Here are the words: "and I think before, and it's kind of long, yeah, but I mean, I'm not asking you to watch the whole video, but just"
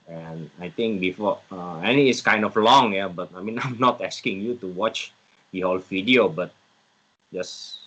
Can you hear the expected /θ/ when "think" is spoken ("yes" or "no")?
no